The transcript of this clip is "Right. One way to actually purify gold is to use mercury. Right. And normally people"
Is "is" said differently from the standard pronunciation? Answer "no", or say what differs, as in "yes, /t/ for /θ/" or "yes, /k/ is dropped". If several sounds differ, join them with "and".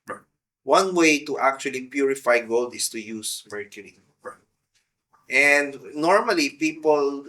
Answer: yes, /s/ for /z/